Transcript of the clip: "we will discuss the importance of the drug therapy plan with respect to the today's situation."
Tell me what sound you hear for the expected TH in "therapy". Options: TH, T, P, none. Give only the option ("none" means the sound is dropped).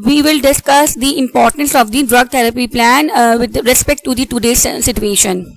T